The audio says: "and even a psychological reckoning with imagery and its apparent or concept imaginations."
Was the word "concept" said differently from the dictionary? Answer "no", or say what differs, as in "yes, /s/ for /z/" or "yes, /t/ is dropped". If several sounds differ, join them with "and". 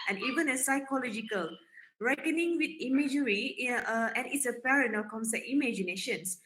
yes, /p/ is dropped